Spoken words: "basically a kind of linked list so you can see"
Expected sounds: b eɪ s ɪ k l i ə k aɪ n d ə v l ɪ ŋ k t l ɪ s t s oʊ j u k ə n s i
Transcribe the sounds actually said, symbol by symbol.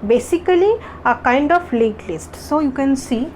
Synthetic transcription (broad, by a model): b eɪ s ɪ k l i ə k aɪ n d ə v l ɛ k l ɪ s t s oʊ j u k ə n s i